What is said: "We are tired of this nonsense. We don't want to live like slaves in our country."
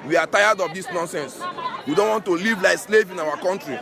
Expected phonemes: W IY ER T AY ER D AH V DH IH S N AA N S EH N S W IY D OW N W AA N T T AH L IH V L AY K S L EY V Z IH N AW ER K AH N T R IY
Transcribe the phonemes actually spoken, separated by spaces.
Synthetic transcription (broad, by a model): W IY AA T AY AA D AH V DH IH S N AA N S EH N S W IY D OW N W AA N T T AH L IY V L AY K S L EY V IH N AW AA K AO N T R IY